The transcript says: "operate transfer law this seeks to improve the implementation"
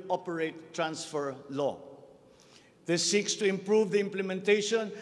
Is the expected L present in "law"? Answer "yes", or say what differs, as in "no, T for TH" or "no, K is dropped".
yes